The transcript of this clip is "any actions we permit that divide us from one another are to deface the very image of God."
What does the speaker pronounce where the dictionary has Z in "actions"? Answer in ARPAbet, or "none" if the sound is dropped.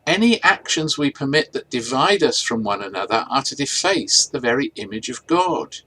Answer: Z